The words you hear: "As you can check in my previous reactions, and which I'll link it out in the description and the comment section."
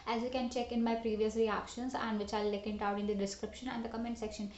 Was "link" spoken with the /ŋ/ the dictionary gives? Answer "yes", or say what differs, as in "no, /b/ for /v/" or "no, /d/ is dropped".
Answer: no, /ŋ/ is dropped